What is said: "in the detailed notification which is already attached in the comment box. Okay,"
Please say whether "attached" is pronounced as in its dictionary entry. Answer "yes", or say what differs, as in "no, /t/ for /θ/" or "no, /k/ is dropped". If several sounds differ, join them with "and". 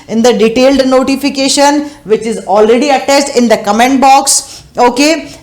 no, /s/ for /tʃ/